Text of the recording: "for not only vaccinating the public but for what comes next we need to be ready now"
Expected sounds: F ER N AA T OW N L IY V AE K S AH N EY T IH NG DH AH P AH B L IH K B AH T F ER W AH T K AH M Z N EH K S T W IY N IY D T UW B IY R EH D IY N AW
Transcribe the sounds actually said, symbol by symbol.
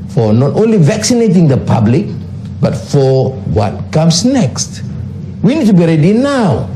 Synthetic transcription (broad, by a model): F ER N AA T OW N L IY V AE K S AH N EY T IH NG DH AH P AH B L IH K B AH T F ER W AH T K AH M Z N EH K S T W IY N IY D T UW B IY R EH D IY N AW